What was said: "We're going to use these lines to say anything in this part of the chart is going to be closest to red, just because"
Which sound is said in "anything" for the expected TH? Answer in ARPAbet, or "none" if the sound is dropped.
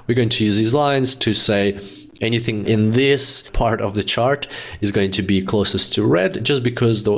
TH